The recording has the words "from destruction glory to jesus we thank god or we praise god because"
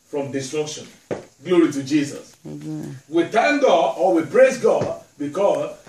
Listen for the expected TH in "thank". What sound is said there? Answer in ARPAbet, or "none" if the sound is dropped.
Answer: T